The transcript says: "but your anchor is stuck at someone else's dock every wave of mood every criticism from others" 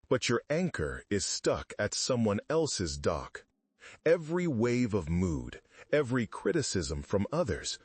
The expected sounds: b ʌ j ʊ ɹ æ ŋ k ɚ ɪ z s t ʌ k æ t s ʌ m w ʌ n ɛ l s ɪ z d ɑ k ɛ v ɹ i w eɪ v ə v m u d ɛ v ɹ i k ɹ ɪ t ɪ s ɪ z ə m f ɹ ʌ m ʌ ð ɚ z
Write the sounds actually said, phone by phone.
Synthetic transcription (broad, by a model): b ʌ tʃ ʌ ɹ æ ŋ k ɚ ɪ z s t ʌ k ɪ t s ʌ m w ʌ n ɛ l s ɪ z d ɑ k ɛ v ɹ i w eɪ v ə v m u d ɛ v ɹ i k ɹ ɪ t ɪ s ɪ z ə m f ɹ ʌ m ʌ ð ɚ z